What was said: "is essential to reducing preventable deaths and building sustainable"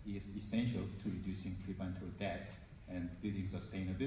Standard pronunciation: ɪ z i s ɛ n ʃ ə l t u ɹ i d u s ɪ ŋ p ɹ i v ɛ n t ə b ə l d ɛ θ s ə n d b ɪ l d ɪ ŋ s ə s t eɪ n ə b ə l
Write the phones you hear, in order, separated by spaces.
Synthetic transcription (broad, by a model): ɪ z i s ɛ n ʃ ə l t u ɹ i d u s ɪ ŋ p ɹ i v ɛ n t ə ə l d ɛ t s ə n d b ɪ l d ɪ ŋ s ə s t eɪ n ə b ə